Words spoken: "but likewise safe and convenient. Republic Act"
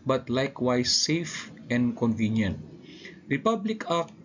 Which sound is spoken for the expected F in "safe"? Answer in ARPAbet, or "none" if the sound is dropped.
F